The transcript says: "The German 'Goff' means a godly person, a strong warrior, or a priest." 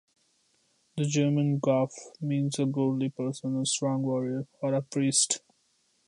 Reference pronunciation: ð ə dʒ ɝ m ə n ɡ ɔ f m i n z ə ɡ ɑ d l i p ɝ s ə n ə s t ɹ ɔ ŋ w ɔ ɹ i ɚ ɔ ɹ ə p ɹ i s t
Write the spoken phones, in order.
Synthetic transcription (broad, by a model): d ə dʒ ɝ m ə n ɡ ɔ f m i n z ə ɡ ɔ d l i p ɝ s ə n ə s t ɹ ɔ ŋ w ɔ ɹ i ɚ ɔ ɹ ə p ɹ i s t